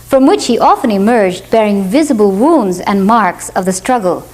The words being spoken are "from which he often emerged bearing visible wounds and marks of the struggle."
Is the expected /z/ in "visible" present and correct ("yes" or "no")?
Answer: yes